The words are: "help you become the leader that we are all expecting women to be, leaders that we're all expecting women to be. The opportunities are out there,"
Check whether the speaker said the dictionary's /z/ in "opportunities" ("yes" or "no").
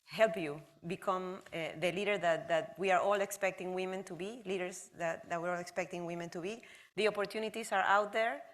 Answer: no